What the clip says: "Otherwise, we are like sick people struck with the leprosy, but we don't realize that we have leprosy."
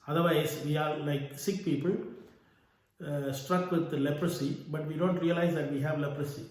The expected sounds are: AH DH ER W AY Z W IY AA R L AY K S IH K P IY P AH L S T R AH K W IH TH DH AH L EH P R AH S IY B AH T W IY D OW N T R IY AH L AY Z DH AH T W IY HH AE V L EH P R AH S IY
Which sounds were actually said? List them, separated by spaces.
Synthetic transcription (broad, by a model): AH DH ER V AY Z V IY AA R L AY K S IH K P IY P AH L S T R AH K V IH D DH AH L EH P R AH S IY B AH T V IY D OW N T R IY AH L AY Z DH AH T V IY HH AE V L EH P R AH S IY